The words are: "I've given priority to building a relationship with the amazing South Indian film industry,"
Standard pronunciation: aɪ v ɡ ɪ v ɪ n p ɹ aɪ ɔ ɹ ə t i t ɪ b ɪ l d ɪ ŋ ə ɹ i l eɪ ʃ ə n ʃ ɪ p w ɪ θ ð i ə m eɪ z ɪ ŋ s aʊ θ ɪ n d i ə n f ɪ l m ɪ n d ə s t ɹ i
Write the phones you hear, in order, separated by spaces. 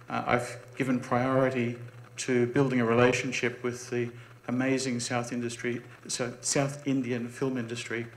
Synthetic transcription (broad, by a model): aɪ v ɡ ɪ v ɪ n p ɹ aɪ ɔ ɹ ə t i t ɪ b ɪ l d ɪ ŋ ə ɹ i l eɪ ʃ ə n ʃ ɪ p w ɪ ð i ə m eɪ z ɪ ŋ s aʊ θ ɪ n d i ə n f ɪ l m ɪ n d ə s t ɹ i